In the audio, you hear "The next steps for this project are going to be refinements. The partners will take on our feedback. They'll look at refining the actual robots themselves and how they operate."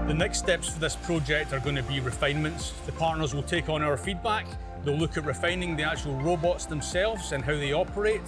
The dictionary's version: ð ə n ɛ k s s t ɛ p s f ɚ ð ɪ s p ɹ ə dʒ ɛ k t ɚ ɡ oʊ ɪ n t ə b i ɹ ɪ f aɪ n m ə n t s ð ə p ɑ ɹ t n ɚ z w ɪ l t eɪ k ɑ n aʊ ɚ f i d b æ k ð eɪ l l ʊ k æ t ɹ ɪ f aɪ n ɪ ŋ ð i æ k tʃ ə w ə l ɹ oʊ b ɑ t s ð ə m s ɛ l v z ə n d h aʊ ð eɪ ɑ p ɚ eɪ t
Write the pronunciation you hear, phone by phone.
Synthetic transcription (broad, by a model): ð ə n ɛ k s s t ɛ p s f ɚ ð ɪ s p ɹ ə dʒ ɛ k t ɚ ɡ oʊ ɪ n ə b i ɹ ɪ f aɪ n m ə n t s ð ə p ɑ ɹ t n ɚ z w ɪ l t eɪ k n aʊ ɚ f i d b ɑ k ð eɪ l l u k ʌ t ɹ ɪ f aɪ n ɪ ŋ ð i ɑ k tʃ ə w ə l ɹ oʊ b ɑ t s ð ə m s ɛ l v z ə n h aʊ ð eɪ ɑ p ɚ eɪ t